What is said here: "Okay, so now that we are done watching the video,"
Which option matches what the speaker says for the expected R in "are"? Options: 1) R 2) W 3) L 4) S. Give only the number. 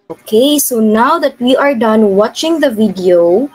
1